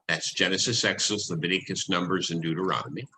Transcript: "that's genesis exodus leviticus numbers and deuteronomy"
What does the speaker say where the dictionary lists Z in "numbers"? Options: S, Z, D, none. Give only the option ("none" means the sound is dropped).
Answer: Z